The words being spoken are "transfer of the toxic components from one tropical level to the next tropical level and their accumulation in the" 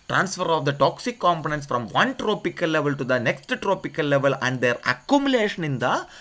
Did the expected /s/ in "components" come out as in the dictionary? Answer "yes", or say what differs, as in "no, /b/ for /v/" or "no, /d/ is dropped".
yes